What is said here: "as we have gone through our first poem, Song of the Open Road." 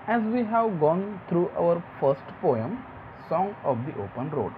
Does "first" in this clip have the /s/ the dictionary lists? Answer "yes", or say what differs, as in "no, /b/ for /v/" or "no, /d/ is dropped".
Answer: yes